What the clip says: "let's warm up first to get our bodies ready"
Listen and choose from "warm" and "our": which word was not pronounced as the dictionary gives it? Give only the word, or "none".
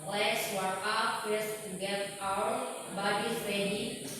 warm